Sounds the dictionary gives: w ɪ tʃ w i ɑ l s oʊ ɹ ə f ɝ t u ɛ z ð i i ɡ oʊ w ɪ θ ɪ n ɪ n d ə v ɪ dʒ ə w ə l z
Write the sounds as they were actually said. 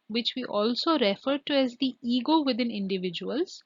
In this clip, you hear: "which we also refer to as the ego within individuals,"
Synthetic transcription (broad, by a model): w ɪ tʃ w i ɑ l s oʊ ɹ ə f ɝ t u ɛ z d i i ɡ oʊ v ɪ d ɪ n ɪ n d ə v ɪ dʒ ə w ə l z